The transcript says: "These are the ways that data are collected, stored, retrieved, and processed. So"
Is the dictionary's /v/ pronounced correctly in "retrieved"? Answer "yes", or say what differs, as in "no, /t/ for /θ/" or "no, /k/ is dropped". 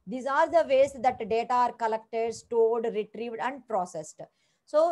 yes